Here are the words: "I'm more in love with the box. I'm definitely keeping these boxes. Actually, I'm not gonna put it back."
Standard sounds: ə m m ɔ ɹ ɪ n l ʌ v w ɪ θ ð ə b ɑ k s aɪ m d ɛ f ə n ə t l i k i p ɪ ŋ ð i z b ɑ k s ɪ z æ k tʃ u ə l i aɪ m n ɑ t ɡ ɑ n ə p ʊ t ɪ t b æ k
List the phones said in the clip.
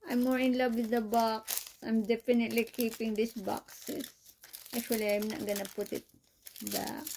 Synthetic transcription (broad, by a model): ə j m ɔ ɹ ɪ n l ʌ v w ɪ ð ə b ɑ k s aɪ m d ɛ f ə n ə t l i k i p ɪ ŋ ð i s b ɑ k s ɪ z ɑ k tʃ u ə l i aɪ m n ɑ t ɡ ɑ n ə p ʊ t ɪ t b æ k